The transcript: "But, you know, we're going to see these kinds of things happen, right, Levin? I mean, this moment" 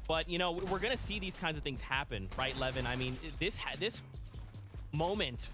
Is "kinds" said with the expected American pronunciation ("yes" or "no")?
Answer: yes